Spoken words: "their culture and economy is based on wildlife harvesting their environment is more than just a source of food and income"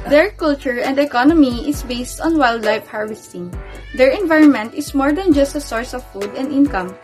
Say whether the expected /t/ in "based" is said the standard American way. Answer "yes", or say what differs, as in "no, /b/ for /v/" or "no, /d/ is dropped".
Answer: yes